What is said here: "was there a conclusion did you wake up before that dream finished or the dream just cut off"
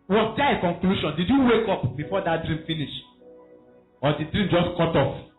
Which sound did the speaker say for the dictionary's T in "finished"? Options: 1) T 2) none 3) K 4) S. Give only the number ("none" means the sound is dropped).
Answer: 2